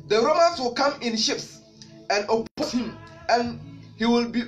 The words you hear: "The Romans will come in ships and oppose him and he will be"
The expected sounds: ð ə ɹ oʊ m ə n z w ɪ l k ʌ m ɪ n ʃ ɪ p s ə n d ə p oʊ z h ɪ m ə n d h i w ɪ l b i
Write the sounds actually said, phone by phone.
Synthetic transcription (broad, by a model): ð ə ɹ oʊ m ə n s w ɪ l k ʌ m ɪ n ʃ ɪ p s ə n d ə p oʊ s h ɪ m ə n h i w ɪ l b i